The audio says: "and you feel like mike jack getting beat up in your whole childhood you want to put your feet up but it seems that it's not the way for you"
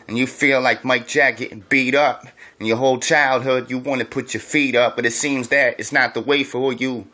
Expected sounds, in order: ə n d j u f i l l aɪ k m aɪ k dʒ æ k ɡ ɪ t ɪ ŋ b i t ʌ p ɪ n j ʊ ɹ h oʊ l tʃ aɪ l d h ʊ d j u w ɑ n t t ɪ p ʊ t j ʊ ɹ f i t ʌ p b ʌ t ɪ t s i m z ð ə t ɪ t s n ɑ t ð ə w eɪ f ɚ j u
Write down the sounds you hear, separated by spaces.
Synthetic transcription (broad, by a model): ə n j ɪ f i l l aɪ k m aɪ k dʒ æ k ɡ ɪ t b i t ʌ p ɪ n j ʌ ɹ h oʊ l tʃ aɪ l d h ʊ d j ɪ w ɑ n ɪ p ʊ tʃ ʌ ɹ f i t ʌ p b ʌ t ɪ t s i m z ð ə t ɪ t s n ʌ t ð ə w eɪ f ɚ j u